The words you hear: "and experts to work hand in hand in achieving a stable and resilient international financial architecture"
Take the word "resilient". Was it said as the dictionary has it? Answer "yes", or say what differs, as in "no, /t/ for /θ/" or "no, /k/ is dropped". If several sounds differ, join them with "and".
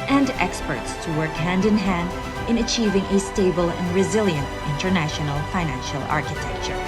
yes